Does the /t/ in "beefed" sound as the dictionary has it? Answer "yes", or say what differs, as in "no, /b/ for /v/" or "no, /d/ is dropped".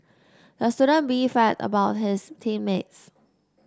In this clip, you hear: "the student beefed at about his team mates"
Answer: no, /t/ is dropped